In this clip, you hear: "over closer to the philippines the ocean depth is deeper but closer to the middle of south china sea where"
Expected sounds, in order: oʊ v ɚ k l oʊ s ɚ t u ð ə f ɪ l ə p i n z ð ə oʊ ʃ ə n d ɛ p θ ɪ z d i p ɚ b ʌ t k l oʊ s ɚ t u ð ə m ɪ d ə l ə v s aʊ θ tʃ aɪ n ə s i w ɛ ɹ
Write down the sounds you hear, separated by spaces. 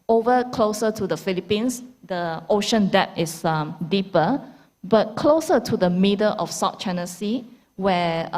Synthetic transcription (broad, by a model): oʊ v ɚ k l oʊ s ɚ t u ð ə f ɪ l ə p i n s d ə oʊ ʃ ə n d ɛ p s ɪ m d i p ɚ b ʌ t k l oʊ s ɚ t u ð ə m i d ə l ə f s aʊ t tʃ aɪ n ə s i w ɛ